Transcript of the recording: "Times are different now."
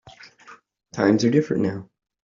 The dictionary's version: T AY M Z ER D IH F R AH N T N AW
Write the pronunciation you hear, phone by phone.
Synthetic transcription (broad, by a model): T AY M Z ER D IH F R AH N N AW